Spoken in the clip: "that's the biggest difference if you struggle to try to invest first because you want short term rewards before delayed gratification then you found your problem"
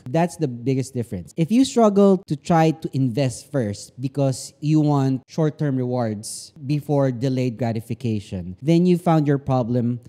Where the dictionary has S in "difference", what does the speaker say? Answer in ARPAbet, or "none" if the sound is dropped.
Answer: S